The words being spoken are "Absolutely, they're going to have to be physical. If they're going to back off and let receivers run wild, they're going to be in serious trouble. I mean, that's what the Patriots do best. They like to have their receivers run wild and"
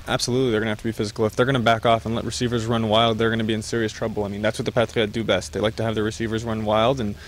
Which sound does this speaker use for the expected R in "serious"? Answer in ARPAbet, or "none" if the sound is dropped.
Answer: R